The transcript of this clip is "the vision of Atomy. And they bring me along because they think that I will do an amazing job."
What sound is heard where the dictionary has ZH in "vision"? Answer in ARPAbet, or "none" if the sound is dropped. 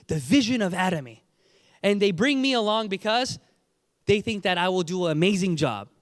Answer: ZH